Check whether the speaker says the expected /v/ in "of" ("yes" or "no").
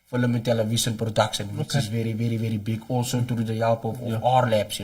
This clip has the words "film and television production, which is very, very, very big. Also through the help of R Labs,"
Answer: no